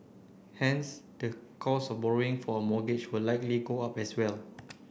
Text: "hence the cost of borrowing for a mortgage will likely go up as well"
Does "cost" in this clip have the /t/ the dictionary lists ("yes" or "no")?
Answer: no